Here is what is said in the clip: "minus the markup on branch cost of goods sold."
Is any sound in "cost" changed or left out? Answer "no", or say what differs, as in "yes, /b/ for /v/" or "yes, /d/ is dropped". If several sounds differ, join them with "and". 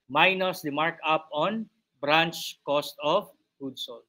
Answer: no